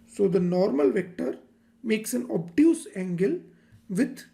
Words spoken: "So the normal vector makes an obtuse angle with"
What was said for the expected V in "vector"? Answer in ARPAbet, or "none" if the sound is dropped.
V